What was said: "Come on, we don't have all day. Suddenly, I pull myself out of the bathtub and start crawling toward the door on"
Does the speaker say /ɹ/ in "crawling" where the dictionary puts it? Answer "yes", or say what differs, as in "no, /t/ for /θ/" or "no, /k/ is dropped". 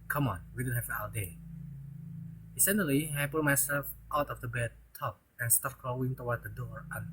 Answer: no, /l/ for /ɹ/